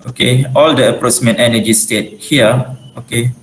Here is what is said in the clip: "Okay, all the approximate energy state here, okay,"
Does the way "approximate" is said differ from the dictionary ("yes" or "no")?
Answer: yes